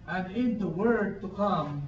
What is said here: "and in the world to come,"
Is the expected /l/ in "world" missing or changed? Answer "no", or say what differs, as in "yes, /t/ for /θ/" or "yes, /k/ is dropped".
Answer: yes, /l/ is dropped